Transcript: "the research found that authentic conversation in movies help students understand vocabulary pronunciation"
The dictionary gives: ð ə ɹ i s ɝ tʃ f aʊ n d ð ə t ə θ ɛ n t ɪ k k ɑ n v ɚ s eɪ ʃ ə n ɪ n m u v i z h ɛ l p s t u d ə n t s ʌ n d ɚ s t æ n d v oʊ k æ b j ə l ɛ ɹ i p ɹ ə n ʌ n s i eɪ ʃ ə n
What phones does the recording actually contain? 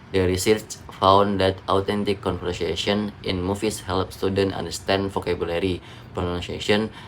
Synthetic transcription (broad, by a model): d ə ɹ i s ɝ tʃ f aʊ n d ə t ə t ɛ n t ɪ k k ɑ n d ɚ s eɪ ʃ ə n ɪ n m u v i s h ɛ l p s t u d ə n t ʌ n d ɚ s t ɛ n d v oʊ k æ b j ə l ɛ ɹ i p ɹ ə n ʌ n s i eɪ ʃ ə n